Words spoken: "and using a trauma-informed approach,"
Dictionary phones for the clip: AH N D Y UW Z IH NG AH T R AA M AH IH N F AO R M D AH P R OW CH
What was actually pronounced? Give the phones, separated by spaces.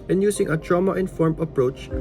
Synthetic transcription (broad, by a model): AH N Y UW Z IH NG AH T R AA M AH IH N F AO R M AH P R OW CH